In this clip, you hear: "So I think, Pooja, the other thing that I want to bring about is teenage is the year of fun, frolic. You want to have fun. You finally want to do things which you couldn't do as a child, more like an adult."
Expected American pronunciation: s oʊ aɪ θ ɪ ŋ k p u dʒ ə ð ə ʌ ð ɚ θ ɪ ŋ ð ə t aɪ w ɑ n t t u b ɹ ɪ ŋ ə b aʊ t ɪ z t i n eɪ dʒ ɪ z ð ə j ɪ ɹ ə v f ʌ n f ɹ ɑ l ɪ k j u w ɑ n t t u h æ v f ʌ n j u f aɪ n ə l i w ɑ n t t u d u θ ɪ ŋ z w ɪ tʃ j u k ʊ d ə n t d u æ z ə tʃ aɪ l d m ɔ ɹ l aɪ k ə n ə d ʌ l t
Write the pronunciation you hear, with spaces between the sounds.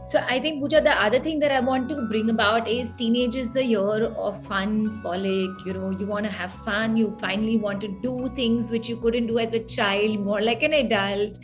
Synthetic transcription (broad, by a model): s oʊ aɪ t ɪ ŋ k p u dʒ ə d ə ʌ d ɚ t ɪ ŋ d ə t aɪ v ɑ n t t u b ɹ ɪ ŋ ə b aʊ t ɪ z t i n eɪ dʒ ɪ z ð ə j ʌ ɹ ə f ʌ n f ɑ l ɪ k j u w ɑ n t t u h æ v f ʌ n j u f aɪ n ə l i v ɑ n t t u d u t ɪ ŋ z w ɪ tʃ j u k ʊ d ə n t d u æ z ə tʃ aɪ l d m ɔ ɹ l aɪ k ə n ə d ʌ l t